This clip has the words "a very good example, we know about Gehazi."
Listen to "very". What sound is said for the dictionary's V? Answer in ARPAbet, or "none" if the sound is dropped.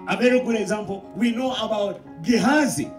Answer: B